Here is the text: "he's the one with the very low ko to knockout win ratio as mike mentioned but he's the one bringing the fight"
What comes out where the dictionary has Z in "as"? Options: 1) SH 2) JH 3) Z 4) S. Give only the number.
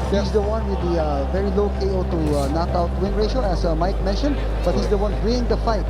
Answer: 4